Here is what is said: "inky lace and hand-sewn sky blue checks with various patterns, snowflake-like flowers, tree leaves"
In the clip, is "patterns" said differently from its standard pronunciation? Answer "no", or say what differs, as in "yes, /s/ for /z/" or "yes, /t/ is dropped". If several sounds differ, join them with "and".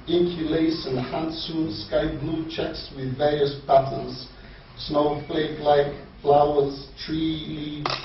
yes, /b/ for /p/